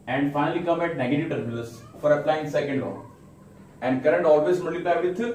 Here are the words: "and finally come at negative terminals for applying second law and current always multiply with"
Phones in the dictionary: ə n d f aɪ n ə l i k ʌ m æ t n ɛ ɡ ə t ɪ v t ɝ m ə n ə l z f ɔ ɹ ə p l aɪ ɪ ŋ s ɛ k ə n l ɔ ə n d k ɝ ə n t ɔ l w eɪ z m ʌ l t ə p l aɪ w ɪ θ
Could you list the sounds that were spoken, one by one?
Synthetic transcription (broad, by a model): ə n d f aɪ n ə l i k ʌ m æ t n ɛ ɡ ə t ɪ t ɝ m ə l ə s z f ɔ ɹ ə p l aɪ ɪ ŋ s ɛ k ə n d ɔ ə n d k ɝ ə n t ɔ l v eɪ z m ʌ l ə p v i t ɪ